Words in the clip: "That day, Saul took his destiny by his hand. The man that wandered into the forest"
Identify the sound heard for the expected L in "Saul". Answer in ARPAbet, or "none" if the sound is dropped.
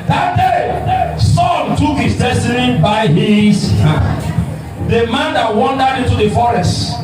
N